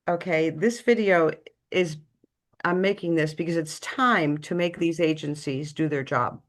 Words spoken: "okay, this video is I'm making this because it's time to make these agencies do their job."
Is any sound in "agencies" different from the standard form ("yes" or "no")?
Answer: no